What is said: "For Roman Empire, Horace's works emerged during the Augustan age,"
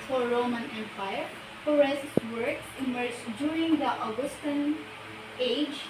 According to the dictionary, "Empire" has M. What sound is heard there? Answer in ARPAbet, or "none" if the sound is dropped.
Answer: M